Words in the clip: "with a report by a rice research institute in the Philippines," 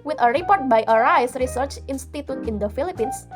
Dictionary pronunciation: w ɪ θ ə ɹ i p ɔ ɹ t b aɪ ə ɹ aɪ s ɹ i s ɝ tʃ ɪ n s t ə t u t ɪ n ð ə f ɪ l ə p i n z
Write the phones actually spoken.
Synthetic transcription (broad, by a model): w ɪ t ə ɹ i p ɔ ɹ t b aɪ ə ɹ aɪ s ɹ i s ɝ tʃ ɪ n s t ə t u t ɪ n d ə f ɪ l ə p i n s